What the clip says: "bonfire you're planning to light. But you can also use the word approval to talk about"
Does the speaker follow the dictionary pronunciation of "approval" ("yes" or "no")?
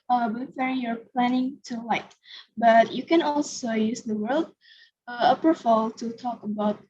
no